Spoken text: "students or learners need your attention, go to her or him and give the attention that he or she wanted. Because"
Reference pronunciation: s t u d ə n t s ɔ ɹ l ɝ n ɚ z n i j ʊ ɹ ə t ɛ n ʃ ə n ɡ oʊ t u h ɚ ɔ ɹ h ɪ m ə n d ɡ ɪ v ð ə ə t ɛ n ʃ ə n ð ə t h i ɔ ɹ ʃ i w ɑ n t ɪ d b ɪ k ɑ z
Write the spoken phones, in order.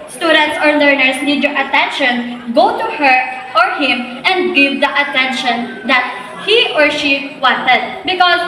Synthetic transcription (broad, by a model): s t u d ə n t s ɔ ɹ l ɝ n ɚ s n i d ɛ ɹ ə t ɛ n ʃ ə n ɡ oʊ t u h ɚ ɔ ɹ h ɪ m ə n d ɡ ɪ v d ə ə t ɛ n ʃ ə n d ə t h i ɔ ɹ ʃ i w ɑ n t ɪ d b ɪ k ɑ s